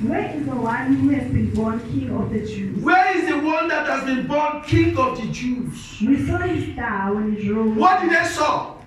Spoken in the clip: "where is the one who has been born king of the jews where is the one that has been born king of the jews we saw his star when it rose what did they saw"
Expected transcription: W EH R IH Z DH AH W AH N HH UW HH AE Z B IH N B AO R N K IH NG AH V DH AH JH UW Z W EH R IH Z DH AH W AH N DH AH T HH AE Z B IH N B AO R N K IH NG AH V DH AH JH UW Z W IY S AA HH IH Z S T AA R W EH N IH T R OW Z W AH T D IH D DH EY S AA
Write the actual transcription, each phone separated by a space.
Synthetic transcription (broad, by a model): W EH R IH Z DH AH W AH N HH UW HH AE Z B IH N B AO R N K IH NG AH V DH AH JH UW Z W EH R IH Z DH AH W AH N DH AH T HH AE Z B IH N B AO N K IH NG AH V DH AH JH UW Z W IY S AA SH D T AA W EH N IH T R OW W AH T D IH D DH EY S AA